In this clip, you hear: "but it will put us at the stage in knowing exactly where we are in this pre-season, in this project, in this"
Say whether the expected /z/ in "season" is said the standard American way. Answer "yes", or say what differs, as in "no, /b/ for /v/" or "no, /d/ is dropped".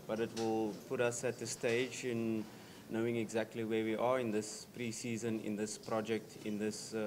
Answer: yes